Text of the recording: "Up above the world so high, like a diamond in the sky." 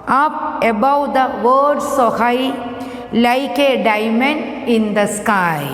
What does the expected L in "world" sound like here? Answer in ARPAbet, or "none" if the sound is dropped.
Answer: none